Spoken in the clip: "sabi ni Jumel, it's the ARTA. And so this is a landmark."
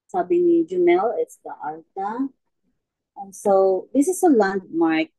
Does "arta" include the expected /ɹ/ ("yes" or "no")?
no